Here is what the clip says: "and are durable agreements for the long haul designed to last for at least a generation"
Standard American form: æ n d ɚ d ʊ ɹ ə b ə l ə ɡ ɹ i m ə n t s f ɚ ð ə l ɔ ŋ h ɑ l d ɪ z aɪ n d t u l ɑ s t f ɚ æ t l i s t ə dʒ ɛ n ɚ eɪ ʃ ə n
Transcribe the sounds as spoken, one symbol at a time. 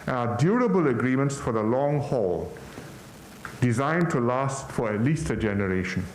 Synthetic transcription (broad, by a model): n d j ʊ ɹ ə b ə l ə ɡ ɹ i m ə n t s f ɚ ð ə l ɔ ŋ h ɑ l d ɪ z aɪ n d t u l ɑ s t f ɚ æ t l i s t ə dʒ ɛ n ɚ eɪ ʃ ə n